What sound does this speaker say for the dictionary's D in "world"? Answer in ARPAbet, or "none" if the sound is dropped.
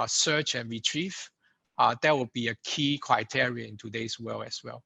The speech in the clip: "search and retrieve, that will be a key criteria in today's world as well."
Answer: none